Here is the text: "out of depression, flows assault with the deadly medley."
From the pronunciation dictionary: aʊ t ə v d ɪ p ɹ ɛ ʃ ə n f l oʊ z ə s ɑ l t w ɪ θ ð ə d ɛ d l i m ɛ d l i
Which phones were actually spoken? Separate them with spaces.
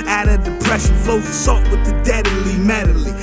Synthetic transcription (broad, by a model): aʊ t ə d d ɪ p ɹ ɛ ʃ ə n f oʊ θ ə s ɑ t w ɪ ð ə d ɛ d l i m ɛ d l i